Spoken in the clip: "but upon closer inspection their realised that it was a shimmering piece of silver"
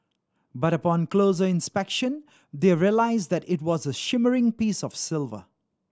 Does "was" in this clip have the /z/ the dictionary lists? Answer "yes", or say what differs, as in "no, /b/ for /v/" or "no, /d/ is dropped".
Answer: yes